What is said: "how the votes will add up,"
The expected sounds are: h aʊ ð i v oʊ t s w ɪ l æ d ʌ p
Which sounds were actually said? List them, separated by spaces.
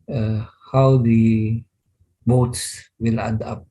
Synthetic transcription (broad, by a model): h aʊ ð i b oʊ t s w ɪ l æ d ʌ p